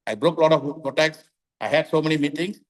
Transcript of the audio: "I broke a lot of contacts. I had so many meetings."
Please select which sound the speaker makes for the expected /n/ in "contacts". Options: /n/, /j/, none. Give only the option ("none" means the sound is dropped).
none